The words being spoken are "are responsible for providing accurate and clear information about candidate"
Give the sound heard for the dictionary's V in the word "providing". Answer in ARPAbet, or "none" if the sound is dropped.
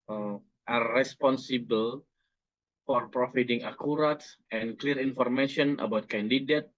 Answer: F